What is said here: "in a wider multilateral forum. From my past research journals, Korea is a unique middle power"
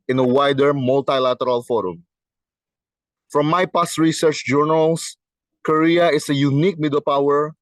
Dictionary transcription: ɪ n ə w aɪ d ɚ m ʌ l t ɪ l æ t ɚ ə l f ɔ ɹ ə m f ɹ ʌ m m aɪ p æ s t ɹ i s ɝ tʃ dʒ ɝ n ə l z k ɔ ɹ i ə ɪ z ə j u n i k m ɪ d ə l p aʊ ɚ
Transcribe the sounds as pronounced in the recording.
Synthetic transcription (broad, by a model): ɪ n ə w aɪ d ɚ m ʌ l t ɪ l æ t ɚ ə l f ɔ ɹ ə m f ɹ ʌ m m aɪ p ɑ s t ɹ i s ɝ tʃ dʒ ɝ n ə l s k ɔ ɹ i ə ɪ s ə j u n i k m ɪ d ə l p aʊ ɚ